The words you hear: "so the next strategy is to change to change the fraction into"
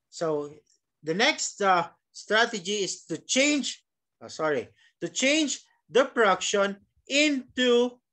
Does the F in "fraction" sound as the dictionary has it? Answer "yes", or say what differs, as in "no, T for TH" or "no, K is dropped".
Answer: no, P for F